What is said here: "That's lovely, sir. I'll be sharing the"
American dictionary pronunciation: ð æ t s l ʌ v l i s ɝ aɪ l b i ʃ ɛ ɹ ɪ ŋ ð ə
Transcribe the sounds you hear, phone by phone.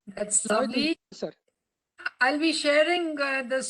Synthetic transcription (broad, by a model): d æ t s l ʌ l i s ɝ aɪ l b i ʃ ɛ ɹ ɪ ŋ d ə